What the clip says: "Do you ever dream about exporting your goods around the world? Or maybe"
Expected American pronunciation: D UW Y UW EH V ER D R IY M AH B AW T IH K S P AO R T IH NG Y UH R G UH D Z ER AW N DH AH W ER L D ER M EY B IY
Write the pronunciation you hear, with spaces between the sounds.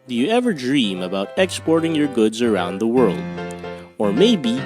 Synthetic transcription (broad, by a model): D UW Y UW EH V ER D R IY M AH B AW T IH K S P AO R T IH NG Y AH R G UH D Z ER AW N DH AH W ER L D ER M EY B IY